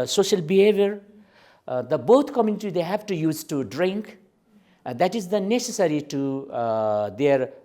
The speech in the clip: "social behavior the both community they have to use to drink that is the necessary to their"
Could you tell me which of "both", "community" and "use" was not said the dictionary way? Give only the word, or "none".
both